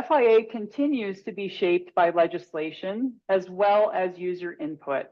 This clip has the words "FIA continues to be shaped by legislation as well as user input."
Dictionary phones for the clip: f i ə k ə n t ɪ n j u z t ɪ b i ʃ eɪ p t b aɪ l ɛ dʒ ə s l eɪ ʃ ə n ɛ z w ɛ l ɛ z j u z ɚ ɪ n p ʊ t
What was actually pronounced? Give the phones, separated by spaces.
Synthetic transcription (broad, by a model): f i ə k ə n t ɪ n j u z t ɪ b i ʃ eɪ p t b aɪ l ɛ dʒ ə s l eɪ ʃ ə n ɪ z w ɛ l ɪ z j u z ɚ ɪ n p ʊ t